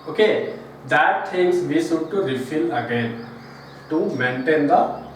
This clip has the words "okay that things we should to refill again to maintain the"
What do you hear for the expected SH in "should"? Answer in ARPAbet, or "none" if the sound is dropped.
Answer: S